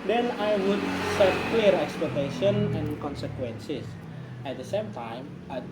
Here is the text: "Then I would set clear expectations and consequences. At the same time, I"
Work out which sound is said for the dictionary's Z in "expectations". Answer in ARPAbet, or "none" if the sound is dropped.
none